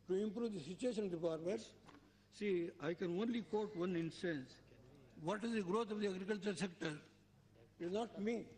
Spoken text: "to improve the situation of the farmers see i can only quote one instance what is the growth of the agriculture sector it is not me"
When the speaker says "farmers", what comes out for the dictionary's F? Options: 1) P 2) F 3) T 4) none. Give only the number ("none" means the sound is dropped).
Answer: 1